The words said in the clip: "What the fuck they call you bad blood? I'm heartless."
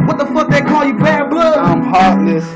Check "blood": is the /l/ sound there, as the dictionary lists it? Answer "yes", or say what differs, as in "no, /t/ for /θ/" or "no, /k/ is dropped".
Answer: no, /l/ is dropped